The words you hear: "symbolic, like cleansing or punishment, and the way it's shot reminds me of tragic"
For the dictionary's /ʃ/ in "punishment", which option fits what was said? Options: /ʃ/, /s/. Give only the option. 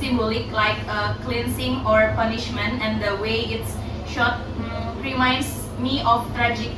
/ʃ/